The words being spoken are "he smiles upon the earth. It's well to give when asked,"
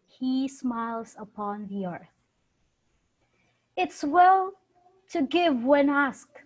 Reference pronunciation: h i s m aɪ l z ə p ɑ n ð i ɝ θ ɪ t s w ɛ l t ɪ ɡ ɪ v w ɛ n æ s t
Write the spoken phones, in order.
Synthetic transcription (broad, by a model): h i s m aɪ l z ə p ɑ n ð i ɝ θ ɪ t s w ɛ l t ɪ ɡ ɪ v w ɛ n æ s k